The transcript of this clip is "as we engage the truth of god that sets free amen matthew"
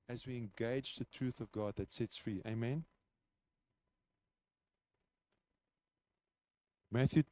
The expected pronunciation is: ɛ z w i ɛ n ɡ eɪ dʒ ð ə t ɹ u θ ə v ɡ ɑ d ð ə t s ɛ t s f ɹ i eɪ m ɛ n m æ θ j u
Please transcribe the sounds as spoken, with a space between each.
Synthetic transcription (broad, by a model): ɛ z w i ɛ n ɡ eɪ dʒ ð ə t ɹ u θ ə v ɡ ɑ d ð ə t s ɛ t s f ɹ i eɪ m ɛ n m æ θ j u